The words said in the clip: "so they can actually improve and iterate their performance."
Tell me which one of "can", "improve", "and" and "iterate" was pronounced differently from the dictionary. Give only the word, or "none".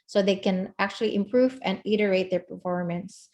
none